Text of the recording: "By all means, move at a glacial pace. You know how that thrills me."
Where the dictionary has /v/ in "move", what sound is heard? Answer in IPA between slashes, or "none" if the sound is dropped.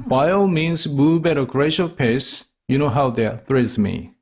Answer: /b/